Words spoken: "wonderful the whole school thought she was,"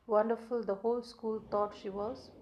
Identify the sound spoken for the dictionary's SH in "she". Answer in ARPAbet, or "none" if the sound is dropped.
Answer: SH